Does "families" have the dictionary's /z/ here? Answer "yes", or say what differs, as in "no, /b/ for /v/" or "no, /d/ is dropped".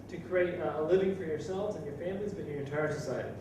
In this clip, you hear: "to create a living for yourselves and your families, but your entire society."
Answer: yes